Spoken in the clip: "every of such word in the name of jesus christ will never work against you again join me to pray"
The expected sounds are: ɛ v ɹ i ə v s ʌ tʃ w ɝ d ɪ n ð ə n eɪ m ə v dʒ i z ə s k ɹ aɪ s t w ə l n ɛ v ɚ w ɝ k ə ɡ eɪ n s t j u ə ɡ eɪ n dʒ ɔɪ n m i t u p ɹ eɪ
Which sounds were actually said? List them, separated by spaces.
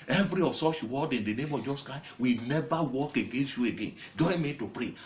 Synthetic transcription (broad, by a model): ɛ v ɹ i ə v s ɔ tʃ w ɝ d ɪ n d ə n eɪ m ə v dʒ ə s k aɪ w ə n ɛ v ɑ w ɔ k ə ɡ eɪ n s t j u ə ɡ eɪ n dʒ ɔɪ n m i t u p ɹ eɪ